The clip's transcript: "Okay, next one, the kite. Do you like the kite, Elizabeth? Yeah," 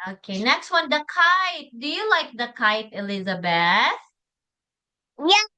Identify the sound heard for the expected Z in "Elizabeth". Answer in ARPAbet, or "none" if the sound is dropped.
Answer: Z